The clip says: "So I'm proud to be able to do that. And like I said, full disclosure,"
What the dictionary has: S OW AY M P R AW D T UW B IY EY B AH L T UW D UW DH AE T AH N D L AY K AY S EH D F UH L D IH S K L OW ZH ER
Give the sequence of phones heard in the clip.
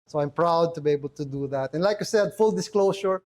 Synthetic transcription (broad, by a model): S OW AY M P R AW D T UW B IY EY B AH L T UW D UW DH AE T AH N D L AY K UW S EH D F UH L D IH S K L OW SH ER